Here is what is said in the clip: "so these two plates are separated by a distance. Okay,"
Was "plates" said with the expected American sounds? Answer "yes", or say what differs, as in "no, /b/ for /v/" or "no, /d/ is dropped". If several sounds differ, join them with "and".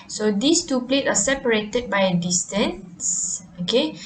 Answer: no, /s/ is dropped